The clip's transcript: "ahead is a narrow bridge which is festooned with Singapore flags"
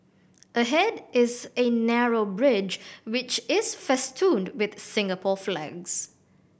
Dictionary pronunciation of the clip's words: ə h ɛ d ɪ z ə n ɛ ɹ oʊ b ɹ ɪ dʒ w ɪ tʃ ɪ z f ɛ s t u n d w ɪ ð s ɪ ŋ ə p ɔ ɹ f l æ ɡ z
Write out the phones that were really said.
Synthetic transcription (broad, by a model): ə h ɛ d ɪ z ə n ɛ ɹ oʊ b ɹ ɪ dʒ w ɪ tʃ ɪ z f ɛ s t u n d w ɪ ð s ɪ ŋ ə p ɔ f l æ ɡ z